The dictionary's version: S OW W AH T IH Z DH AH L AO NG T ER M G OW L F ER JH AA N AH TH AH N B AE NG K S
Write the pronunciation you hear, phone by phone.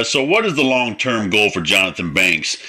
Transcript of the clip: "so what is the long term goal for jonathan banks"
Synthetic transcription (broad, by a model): S OW W AH T IH Z DH AH L AO NG T ER M G OW L F ER JH AA N AH TH AH N B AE NG K S